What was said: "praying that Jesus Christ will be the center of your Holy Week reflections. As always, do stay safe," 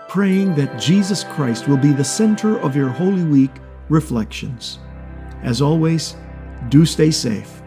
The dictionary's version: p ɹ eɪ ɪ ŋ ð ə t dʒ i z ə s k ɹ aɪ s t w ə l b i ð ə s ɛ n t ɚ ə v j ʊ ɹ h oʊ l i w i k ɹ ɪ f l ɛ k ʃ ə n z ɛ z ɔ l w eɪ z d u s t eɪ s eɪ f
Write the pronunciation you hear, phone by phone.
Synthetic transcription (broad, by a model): p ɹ eɪ ɪ ŋ ð ə t dʒ i z ə s k ɹ aɪ s t w ə l b i ð ə s ɛ n t ɚ ə v j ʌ ɹ h oʊ l i w i k ɹ ɪ f l ɛ k ʃ ə n z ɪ z ɔ l w eɪ z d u s t eɪ s eɪ f